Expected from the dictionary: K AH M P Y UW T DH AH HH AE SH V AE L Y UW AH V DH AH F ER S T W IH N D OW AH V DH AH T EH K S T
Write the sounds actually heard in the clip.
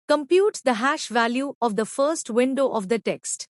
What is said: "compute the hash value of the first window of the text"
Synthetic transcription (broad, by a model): K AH M P Y UW T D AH HH AE SH V AE L Y UW AH V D AH F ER S T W IH N D OW AH V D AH T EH K S T